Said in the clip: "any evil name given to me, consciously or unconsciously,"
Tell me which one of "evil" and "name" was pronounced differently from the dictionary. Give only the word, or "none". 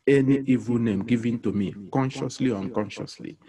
none